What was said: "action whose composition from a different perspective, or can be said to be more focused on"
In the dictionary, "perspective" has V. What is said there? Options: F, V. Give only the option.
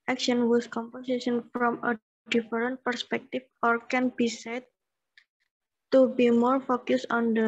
F